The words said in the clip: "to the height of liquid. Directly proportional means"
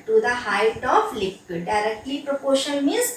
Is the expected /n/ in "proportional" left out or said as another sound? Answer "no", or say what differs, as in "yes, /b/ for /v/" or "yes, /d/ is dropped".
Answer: yes, /n/ is dropped